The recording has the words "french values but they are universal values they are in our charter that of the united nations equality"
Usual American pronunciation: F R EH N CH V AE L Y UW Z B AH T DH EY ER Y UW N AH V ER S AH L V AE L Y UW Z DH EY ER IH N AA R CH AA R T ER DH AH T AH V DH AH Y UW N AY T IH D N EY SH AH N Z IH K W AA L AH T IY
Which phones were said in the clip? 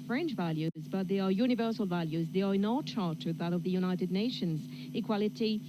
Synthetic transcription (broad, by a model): F R EH N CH V AE L Y UW Z B AH T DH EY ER Y UW N AH V ER S AH L V AE L Y UW Z DH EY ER IH N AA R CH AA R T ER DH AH T AH V DH AH Y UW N AY T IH D N EY SH AH N Z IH K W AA L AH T IY